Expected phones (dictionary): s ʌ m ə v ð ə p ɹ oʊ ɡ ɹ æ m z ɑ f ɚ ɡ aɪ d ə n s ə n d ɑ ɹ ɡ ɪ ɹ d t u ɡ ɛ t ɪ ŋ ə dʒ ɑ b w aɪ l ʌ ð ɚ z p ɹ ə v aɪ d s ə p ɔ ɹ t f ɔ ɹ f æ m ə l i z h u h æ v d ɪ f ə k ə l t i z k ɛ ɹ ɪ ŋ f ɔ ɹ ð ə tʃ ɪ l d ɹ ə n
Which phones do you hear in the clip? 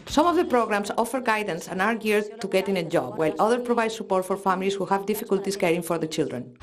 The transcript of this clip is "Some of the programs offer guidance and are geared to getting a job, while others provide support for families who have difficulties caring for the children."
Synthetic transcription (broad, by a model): s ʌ m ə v ð ə p ɹ oʊ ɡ ɹ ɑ m s ɑ f ɚ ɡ aɪ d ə n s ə n ɑ ɹ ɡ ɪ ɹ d t u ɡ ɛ t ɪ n ə dʒ ɑ b w aɪ l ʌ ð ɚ p ɹ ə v aɪ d s ə p ɔ ɹ t f ɔ ɹ f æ m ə l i s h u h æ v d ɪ f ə k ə l t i s k ɛ ɹ ɪ ŋ f ɔ ɹ ð ə tʃ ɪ l d ɹ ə n